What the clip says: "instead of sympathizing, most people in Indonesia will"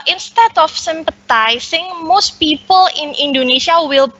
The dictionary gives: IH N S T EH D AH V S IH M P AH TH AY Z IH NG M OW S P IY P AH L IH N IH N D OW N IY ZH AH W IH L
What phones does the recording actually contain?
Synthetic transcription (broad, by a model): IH N S T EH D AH F S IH M P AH T AY S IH NG M OW S P IY P AH L IH N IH N D OW N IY S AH W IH L